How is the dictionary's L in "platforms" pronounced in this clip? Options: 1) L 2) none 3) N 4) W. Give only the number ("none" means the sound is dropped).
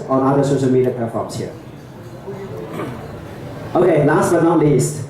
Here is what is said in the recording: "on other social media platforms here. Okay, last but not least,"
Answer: 2